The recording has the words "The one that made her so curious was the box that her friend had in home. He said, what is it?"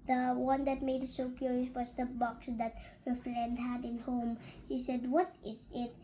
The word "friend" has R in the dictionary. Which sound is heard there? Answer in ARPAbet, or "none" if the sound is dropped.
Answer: L